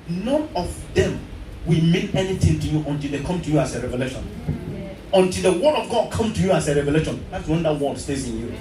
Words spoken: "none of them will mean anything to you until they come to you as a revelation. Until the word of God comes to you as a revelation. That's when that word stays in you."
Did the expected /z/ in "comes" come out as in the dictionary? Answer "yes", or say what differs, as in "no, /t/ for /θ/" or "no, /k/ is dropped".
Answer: no, /z/ is dropped